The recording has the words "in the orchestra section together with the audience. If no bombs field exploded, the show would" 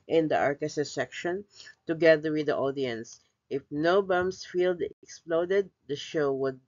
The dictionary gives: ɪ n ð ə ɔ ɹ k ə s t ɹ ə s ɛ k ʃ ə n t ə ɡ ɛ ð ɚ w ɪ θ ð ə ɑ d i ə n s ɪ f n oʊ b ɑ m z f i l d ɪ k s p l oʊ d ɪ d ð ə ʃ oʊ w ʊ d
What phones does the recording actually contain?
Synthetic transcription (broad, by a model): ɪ n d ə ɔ ɹ k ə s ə s ɛ k ʃ ə n t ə ɡ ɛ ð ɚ w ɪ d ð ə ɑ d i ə n s ɪ f n oʊ b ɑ m s f i l d ɪ k s p l oʊ d ɪ d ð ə ʃ oʊ w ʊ d